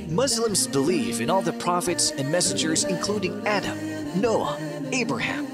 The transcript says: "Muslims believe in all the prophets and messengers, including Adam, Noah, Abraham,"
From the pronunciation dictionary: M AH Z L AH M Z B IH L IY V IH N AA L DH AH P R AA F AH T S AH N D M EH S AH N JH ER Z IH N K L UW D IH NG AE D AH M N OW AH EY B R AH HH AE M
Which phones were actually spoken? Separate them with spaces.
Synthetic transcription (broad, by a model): M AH Z L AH M Z B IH L IY F IH N AA L DH AH P R AA F AH T S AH N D M EH S AH N JH ER Z IH N K L UW D IH NG AE D AH M N OW AH EY B R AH HH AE M